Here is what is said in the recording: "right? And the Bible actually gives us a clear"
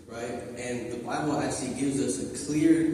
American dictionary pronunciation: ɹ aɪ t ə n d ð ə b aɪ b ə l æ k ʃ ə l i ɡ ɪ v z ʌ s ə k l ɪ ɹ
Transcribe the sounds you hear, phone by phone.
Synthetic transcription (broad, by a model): ɹ aɪ t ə n ð ə b aɪ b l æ k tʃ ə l i ɡ ɪ v z ʌ s ə k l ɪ ɹ